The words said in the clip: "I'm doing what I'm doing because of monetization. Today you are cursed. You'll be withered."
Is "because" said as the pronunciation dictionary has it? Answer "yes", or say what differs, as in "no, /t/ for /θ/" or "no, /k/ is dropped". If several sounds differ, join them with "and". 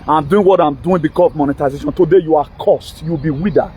no, /s/ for /z/